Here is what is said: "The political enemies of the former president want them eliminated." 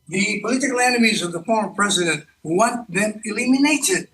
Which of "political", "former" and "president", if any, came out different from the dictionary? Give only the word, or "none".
none